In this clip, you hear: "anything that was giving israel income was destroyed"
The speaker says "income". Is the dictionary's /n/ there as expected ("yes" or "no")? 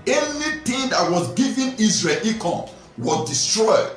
no